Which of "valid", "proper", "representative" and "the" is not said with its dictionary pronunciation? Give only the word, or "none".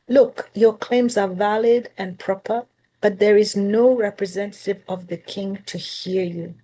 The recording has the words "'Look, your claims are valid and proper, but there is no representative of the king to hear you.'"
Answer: none